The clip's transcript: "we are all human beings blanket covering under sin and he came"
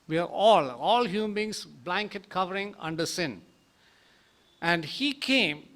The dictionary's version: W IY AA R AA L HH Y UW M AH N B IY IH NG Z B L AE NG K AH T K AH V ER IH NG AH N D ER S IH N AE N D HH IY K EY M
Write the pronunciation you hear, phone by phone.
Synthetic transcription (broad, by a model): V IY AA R AA L HH Y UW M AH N B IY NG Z B L AE NG K AH T K AH V ER IH NG AH N D ER S IH N AE N D HH IY K EY M